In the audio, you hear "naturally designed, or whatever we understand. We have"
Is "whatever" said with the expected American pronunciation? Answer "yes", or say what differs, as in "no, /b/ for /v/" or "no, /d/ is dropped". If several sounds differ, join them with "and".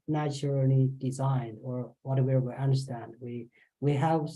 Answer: no, /w/ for /v/